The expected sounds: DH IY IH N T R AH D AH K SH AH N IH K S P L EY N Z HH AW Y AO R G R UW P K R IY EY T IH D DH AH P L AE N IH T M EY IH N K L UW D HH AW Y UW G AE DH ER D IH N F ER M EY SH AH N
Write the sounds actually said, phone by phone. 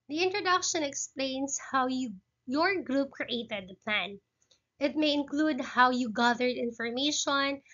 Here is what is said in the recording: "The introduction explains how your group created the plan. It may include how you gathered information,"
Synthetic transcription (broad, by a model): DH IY IH N T R AH D AH K SH AH N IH K S P L EY N S HH AW Y AO R G R UW P K R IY EY T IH D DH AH P L AE N IH T M EY IH N K L UW D HH AW Y UW G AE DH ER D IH N F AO M EY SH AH N